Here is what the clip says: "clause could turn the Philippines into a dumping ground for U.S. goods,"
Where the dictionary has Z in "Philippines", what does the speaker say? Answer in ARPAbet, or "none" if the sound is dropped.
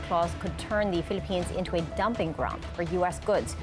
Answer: Z